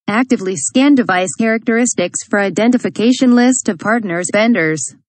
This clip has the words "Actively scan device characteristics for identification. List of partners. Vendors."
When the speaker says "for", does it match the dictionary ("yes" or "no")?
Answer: yes